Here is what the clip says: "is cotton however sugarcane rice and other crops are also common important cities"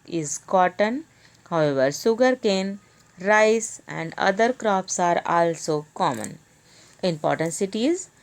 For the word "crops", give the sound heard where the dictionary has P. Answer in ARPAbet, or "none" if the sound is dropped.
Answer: P